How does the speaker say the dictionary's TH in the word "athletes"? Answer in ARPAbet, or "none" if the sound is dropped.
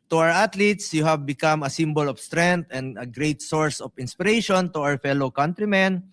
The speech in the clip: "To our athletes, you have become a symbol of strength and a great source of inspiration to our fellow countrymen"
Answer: T